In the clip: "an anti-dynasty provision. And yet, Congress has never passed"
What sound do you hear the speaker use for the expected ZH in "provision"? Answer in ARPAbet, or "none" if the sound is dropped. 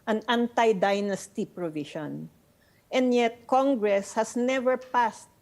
SH